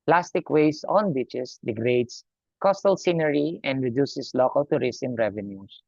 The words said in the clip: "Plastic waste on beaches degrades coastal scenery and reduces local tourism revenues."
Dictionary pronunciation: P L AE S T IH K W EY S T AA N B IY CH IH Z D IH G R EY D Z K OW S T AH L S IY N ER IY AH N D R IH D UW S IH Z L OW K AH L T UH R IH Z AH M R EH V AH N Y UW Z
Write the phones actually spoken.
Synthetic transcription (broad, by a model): P L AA S T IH K W EY S AA N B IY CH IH S D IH G R EY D S K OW S T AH L S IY N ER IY AH N D R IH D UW S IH S L OW K AH L T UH R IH S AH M R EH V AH N Y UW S